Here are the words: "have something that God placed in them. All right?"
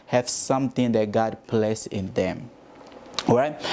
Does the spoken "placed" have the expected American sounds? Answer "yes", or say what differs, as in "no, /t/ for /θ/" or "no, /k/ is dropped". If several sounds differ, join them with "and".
no, /t/ is dropped